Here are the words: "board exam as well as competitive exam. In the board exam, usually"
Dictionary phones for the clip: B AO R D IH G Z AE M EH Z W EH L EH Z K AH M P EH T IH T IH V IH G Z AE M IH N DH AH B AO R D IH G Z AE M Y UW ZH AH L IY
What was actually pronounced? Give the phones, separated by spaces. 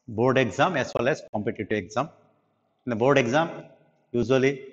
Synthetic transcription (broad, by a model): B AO R D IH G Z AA M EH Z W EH L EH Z K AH M P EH T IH T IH IH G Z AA M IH N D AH B AO R D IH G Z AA M Y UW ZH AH L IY